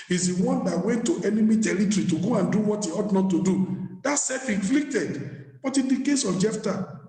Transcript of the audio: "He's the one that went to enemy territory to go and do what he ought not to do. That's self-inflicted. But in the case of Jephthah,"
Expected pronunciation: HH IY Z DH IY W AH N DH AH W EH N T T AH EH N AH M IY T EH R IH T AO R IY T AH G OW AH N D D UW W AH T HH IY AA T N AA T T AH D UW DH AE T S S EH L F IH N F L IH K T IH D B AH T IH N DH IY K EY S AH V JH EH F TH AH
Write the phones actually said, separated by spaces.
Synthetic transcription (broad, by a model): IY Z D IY W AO N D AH W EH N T T EH N AH M IY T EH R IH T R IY T AH G OW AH N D D UW W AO T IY AA T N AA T T AH D UW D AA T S S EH F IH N F L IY K T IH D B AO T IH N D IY K EY S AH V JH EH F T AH